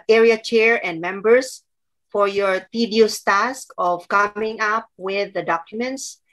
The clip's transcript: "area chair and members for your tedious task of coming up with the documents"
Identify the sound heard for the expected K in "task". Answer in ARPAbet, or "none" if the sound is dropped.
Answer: K